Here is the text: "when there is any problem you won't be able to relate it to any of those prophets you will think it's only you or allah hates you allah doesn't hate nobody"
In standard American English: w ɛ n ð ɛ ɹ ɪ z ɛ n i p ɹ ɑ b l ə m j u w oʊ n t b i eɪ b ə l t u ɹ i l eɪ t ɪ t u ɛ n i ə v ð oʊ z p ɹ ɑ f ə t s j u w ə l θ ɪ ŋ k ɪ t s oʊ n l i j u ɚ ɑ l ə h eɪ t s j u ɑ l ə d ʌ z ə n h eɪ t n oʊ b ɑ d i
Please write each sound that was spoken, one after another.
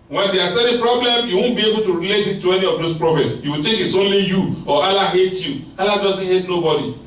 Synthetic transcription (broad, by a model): w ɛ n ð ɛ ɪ s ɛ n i p ɹ ɑ b l ə m j u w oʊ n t b i eɪ b ə l t u ɹ i l eɪ t ɪ t u ɛ n i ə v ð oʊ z p ɹ ɑ f ə t s j u w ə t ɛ k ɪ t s oʊ n l i j u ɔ ɑ l ə h eɪ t j u ɑ l ə d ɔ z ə n h eɪ t n oʊ b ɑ d i